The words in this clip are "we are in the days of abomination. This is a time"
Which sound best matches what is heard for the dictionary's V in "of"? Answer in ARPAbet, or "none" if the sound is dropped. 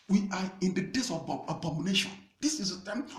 B